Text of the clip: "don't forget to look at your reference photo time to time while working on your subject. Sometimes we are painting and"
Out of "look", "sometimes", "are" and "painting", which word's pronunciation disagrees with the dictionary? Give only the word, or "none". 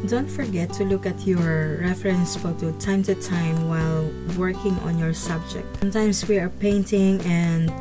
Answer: sometimes